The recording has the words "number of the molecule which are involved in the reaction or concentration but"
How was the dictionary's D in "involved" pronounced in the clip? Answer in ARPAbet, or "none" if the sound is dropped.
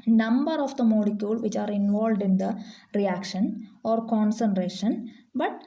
D